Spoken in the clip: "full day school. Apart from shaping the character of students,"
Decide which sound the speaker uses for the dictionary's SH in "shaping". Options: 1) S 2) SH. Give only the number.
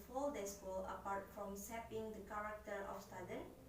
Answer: 1